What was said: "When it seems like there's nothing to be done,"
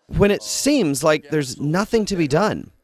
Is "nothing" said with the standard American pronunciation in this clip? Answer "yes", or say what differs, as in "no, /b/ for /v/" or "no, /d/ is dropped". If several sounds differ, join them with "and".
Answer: yes